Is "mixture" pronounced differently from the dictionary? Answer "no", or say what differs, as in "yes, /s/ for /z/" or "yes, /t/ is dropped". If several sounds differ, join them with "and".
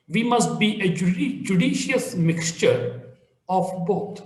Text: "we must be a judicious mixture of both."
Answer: no